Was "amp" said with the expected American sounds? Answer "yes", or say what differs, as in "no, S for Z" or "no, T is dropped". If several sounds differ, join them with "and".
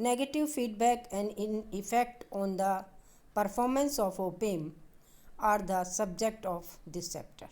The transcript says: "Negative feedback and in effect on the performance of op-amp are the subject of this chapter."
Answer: no, P is dropped